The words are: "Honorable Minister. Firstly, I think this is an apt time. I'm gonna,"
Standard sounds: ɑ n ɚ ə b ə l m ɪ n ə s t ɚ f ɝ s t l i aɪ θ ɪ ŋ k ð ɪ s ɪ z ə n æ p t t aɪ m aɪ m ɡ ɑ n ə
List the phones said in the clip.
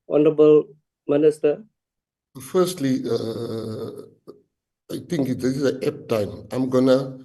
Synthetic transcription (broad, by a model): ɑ n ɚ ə b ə l m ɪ n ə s t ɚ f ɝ s t l i aɪ t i ŋ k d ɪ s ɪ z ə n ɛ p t t aɪ m aɪ m ɡ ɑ n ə